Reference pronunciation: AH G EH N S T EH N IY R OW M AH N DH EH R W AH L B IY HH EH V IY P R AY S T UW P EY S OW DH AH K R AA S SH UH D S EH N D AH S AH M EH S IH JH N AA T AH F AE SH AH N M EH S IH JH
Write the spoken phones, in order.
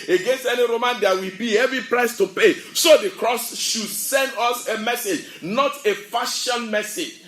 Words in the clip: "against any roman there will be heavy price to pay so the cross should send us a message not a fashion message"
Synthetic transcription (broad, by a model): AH G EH N S T EH N IY R OW M AH N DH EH W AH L B IY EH V IY P R AY S T UW P EY S OW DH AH K R AA S SH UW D S EH N D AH S AH M EH S IH JH N AA T AH F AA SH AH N M EH S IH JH